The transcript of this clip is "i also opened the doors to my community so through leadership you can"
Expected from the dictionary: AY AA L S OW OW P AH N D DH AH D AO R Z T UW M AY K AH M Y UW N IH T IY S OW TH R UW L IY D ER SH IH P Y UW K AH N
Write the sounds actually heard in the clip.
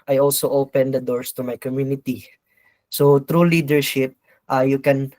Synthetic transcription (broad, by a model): AY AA L S OW OW P AH N D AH D AO R S T UW M AY K AH M Y UW N IH T IY S OW T R UW L IY D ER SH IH P Y UW K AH N